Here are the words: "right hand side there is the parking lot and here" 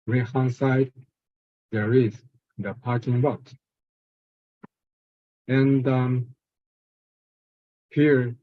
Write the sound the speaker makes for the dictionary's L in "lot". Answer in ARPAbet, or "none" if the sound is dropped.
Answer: W